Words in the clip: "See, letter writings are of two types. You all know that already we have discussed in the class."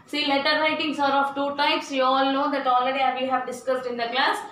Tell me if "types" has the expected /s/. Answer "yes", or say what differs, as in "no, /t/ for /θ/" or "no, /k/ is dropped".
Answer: yes